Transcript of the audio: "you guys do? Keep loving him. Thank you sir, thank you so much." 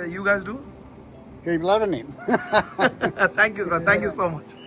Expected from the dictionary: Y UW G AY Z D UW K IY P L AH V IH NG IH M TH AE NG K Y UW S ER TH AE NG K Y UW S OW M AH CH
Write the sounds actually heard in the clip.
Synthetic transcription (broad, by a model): Y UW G AY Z D UW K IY B L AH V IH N IH M T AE NG K Y UW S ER T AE NG K Y UW S OW M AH CH